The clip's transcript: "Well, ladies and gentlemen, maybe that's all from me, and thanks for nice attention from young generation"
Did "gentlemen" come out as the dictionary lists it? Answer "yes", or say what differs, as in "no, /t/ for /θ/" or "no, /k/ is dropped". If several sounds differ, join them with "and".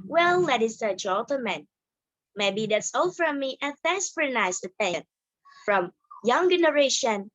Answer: no, /l/ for /n/ and /l/ is dropped